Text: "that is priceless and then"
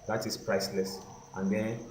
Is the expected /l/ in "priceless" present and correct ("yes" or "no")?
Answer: yes